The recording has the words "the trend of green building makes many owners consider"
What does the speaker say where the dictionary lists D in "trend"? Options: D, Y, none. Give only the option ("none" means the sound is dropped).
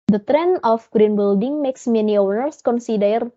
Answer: none